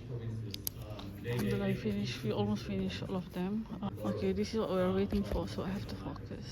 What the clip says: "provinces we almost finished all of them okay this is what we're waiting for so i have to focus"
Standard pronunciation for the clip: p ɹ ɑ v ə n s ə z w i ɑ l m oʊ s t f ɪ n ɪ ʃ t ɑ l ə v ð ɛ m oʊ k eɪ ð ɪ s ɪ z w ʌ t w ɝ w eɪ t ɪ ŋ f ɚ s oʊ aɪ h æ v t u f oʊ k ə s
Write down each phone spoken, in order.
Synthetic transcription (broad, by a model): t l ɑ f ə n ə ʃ w i ɑ l m oʊ s t f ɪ n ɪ ʃ ɑ l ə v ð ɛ m oʊ k eɪ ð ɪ s ɪ z w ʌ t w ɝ w eɪ t ɪ ŋ f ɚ s oʊ aɪ h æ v t u f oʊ k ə s